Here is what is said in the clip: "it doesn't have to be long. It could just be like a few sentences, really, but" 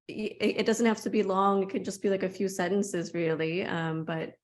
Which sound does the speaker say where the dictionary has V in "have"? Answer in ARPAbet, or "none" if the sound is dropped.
F